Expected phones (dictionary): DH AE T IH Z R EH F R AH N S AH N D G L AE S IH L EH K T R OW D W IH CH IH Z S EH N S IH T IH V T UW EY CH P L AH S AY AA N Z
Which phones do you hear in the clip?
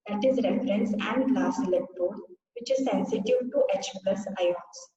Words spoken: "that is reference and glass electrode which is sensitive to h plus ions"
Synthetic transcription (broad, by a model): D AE T IH Z R EH F R AH N S AH N D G L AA S L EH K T OW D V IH CH IH Z S EH N S IH T IH V T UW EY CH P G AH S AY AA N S